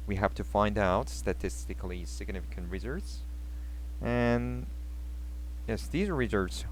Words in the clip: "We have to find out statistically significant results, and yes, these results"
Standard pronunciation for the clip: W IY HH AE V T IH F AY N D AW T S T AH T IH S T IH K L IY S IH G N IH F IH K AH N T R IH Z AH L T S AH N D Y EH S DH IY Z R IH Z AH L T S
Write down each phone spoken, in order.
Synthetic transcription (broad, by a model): W IY HH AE F T IH F AY N D AW T S T AH T IH S T IH K L IY S IH G N IH F IH K AH N T R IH Z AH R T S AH N Y EH S DH IY Z R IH Z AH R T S